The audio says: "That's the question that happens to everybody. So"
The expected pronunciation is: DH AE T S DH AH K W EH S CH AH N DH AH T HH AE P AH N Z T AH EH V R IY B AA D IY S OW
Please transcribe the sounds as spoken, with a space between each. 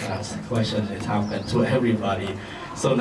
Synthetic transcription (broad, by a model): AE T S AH K W EH S CH AH N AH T HH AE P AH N T AH EH V R IY B AA D IY S OW